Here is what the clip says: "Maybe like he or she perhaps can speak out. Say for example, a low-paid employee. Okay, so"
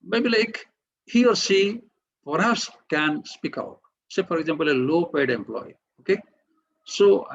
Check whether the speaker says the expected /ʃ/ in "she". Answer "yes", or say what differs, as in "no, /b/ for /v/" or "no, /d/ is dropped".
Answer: no, /s/ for /ʃ/